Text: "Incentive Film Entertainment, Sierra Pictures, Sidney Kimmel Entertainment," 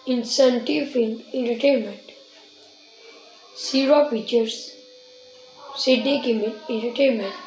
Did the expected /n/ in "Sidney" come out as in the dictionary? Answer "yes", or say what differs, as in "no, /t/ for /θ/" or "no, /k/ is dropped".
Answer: no, /n/ is dropped